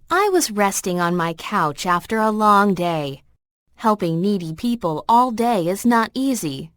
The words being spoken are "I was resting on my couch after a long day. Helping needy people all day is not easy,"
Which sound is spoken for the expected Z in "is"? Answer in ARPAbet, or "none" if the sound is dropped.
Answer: Z